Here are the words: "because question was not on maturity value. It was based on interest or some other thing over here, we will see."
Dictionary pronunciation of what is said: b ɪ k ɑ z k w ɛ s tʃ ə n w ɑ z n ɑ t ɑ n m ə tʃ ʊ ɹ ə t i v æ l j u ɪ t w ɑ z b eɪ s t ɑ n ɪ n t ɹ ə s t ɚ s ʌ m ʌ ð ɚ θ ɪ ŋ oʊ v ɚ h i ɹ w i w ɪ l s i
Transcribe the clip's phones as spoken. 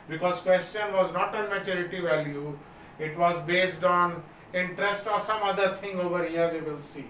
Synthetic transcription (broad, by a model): b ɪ k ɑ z k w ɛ s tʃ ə n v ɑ z n ɑ t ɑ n m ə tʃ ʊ ɹ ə t i v æ l j u ɪ t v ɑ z b eɪ s t ɑ n ɪ n t ɹ ə s t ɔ s ʌ m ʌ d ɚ t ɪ ŋ oʊ v ɚ h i ɹ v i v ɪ l s i